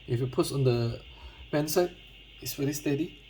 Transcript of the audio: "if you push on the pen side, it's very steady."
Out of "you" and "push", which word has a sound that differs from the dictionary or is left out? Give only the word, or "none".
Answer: push